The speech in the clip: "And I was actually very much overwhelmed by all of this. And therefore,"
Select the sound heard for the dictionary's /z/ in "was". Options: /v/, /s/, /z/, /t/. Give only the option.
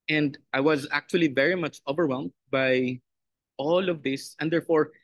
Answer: /z/